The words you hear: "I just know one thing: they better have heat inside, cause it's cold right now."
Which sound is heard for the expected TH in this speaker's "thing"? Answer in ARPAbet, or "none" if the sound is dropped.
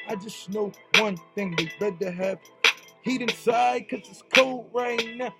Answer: TH